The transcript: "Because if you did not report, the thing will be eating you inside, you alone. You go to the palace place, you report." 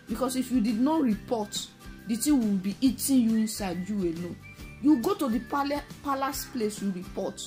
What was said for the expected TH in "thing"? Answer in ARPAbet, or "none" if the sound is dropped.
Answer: T